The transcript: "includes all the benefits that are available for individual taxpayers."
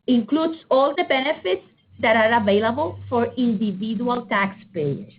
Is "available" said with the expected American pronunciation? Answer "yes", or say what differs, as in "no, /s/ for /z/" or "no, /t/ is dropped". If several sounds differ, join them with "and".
yes